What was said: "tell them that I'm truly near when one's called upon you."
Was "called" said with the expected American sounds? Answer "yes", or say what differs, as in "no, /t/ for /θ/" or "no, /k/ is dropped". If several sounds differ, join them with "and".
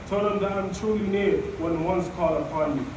no, /d/ is dropped